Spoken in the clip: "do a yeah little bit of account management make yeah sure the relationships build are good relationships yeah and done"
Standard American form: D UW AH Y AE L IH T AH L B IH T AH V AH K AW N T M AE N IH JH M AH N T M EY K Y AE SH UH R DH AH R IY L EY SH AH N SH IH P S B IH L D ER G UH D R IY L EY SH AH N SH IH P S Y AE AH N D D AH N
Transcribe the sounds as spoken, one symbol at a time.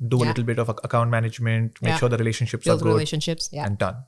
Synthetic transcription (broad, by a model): D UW AH L IH T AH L B IH T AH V AH K AW N T M AE N IH JH M AH N T M EY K SH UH R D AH R IY L EY SH AH N SH IH P S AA D G UH D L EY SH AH N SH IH P S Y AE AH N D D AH N